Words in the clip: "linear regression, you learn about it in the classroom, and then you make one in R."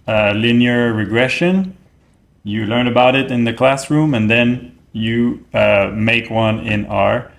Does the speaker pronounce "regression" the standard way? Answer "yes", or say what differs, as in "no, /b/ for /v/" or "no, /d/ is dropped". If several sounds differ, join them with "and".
yes